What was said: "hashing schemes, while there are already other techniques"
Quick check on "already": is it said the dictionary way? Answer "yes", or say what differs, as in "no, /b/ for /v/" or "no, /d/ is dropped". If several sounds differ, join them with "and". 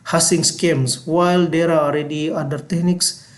no, /l/ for /ɹ/